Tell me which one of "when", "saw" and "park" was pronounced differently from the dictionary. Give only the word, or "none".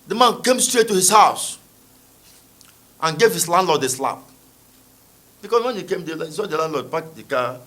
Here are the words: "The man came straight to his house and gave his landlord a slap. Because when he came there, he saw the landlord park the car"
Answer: park